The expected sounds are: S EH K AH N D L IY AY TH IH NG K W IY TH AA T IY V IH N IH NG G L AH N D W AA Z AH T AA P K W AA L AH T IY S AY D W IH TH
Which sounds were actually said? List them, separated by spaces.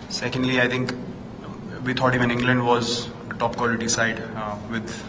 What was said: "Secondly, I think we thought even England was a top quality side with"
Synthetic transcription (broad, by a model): S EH K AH N D L IY AY T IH NG K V IY T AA T IY V IH N IH NG G L AH N D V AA Z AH T AA P K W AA L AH T IY S AY D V IH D